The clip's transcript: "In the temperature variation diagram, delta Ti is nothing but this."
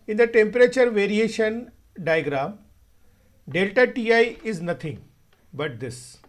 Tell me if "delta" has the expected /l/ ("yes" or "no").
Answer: yes